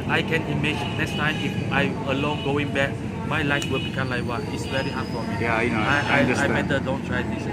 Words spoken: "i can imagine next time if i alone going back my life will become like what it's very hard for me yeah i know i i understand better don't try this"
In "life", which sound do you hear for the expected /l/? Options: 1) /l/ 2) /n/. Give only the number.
1